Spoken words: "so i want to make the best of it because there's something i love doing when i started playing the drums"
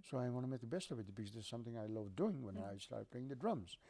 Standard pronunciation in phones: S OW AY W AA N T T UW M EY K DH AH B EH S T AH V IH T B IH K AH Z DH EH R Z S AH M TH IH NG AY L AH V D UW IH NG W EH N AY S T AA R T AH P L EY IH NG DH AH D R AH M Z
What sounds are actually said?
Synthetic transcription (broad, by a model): S OW AY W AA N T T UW M EY K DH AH B EH S T AH V IH T B IH K AH Z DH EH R S AH M TH IH NG AY L AH V D UW IH NG W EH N AY S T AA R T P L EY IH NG DH AH D R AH M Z